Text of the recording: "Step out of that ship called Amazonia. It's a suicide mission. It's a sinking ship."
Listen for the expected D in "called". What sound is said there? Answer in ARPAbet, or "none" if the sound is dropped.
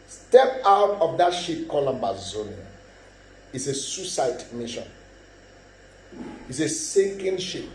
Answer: none